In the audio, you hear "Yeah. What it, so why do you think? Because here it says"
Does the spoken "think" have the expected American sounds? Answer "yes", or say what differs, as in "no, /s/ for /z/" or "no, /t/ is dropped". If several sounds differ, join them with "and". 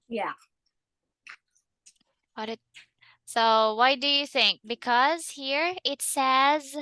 yes